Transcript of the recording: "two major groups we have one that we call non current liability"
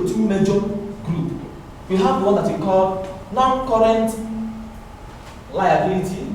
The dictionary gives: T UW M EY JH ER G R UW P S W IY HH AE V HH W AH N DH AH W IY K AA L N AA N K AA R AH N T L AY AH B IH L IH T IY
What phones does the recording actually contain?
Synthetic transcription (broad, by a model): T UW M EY JH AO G R UW P W IY HH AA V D W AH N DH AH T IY K AA L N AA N K AA R AH N T L AY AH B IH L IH T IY